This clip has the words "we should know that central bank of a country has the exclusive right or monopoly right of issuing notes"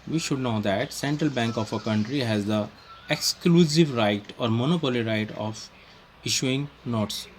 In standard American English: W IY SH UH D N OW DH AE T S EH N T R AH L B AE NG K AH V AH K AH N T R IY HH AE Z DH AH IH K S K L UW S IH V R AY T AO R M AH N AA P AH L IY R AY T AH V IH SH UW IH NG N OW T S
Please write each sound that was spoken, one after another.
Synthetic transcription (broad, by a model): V IY SH UH D N OW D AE T S EH N T R AH L B AE NG K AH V AH K AH N T R IY HH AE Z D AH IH K S K L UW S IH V R AY T AO R M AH N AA P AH L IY R AY T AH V IH SH UW IH NG N OW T S